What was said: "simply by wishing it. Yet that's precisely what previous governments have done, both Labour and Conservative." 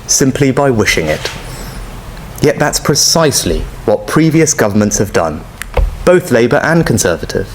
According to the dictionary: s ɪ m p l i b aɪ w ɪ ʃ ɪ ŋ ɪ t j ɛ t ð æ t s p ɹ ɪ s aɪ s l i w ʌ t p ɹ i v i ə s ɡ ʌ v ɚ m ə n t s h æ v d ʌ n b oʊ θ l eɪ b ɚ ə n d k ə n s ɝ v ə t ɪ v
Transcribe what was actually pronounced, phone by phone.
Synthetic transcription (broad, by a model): s ɪ m p l i b aɪ w ɪ ʃ ɪ ŋ ɪ t j ɛ t ð æ t s p ɹ ɪ s aɪ s l i w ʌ t p ɹ i v i ə s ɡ ʌ v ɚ m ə n t s h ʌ v d ʌ n b oʊ θ l eɪ b ɚ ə n k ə n s ɝ v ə t ɪ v